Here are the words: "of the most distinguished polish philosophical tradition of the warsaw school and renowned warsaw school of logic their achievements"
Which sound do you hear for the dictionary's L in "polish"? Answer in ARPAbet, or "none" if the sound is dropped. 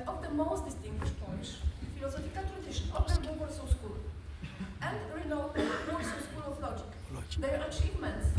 none